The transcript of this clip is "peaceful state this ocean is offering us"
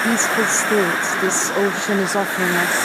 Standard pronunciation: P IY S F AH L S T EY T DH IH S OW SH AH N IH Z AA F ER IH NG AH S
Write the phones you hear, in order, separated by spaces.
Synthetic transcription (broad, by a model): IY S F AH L S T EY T DH IH S OW SH AH N IH Z AA F ER IH NG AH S